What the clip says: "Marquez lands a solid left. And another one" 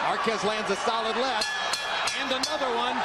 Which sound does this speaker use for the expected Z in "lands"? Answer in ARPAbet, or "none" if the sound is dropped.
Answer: Z